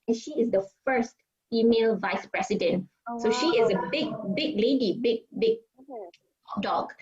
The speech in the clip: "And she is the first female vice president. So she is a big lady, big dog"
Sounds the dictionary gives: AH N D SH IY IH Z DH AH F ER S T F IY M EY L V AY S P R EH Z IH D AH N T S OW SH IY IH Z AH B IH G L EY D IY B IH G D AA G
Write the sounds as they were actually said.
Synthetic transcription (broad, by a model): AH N SH IY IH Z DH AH F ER S T F IY M EY L V AY S P R EH S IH D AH N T S OW SH IY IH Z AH B IH G L EY D IY B IH G D AA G